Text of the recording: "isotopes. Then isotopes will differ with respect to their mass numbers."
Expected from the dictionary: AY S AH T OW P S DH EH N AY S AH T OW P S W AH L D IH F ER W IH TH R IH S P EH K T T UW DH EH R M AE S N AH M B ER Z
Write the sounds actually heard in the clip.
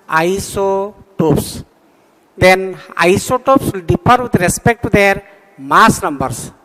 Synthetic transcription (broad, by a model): AY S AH T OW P S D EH N AY S AH T OW P S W L D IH P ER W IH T R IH S P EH K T T UW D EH R M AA S N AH M B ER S